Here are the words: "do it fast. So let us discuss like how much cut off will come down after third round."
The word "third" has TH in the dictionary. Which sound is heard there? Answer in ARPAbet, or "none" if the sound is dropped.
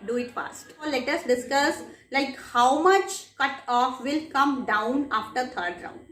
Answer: T